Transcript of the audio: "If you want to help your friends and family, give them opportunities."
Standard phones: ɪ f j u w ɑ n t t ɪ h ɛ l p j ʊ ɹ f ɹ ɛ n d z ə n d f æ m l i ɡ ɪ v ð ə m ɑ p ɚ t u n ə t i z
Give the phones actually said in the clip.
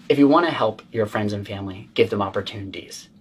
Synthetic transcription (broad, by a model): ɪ f j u w ɑ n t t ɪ h ɛ l p j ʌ ɹ f ɹ ɛ n d z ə n f æ m l i ɡ ɪ v ð ə m ɑ p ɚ t u n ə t i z